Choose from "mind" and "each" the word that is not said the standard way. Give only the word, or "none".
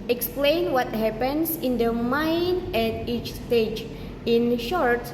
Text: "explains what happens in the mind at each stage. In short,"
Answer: mind